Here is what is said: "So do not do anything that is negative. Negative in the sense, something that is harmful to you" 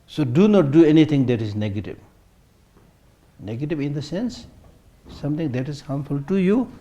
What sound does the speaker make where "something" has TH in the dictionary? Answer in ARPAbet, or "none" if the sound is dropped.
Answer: T